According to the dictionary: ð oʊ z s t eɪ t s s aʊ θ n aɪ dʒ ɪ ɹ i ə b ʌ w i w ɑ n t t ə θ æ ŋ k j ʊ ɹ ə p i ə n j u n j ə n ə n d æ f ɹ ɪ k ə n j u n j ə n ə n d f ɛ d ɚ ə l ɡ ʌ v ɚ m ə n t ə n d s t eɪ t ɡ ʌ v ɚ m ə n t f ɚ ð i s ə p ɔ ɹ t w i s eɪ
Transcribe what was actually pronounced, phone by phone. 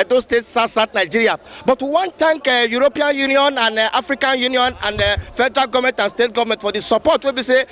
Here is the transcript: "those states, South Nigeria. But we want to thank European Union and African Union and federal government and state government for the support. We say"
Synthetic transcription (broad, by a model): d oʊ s t eɪ t s s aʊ t n aɪ dʒ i ɹ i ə b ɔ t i w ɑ n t t ə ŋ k j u ɹ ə p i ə n j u n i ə n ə n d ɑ f ɹ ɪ k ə n j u n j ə n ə n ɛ f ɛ d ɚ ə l ɡ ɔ v m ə n t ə n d s t eɪ t ɡ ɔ v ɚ m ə n t f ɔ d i s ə p ɔ t w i s eɪ